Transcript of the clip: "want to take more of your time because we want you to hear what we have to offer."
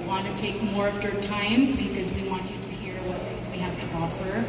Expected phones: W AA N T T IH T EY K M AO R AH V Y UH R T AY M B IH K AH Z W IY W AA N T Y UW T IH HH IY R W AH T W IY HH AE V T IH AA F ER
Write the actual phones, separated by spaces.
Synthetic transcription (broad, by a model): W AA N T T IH T EY K M AO R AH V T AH R T AY M B IH K AH Z W IY W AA N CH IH T IH HH IY R W AH T W IY HH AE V T IH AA F ER